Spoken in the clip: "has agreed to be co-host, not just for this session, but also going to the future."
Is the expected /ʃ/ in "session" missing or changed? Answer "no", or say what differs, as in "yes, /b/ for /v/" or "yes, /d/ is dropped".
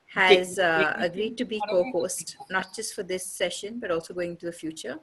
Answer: no